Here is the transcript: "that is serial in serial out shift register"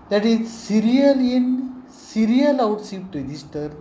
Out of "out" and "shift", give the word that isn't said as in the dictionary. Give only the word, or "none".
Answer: shift